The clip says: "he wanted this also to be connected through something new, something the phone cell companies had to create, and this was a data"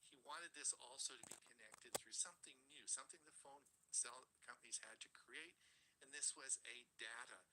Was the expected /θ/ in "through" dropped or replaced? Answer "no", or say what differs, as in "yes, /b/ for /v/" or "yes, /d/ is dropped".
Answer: no